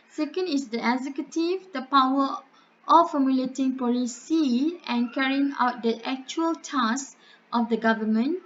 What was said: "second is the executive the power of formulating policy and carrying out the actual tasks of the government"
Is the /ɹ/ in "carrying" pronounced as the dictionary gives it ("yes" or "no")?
yes